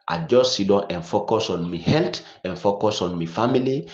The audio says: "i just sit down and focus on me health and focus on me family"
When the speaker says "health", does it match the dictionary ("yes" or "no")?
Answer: no